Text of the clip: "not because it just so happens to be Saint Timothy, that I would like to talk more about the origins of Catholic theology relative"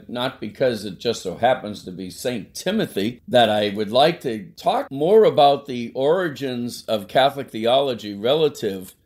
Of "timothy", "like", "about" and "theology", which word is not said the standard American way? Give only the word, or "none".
none